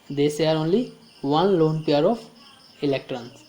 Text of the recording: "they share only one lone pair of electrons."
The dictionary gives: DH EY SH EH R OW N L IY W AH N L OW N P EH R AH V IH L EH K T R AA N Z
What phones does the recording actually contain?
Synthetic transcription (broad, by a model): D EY S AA R OW N L IY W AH N L OW N P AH R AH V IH L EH K T R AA N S